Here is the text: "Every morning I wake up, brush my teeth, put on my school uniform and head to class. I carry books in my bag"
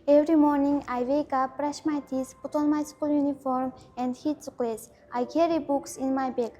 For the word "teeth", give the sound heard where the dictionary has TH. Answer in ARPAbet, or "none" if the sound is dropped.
S